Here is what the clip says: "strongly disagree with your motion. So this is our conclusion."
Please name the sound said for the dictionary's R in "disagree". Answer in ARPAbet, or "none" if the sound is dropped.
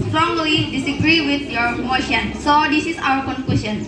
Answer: R